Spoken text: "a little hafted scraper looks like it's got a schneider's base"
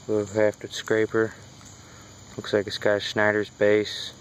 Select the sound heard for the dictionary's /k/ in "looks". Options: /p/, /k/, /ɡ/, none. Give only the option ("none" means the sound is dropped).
/k/